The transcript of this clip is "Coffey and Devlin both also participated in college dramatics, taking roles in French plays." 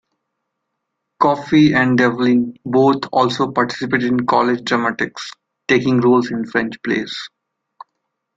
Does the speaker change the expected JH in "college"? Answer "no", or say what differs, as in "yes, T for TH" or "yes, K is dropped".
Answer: no